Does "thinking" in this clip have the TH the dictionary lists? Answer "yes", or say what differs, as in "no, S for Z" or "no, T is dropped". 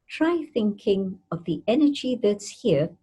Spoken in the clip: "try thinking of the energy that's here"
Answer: yes